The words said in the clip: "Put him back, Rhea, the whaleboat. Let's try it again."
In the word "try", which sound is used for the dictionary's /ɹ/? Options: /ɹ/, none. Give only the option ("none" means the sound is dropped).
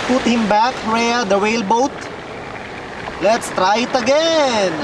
/ɹ/